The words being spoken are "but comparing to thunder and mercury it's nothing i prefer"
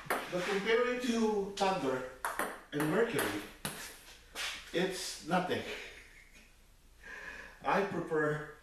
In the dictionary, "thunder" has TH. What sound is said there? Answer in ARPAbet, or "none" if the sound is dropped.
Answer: T